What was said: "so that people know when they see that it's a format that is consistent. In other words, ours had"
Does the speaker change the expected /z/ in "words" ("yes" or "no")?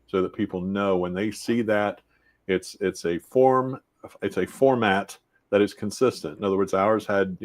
no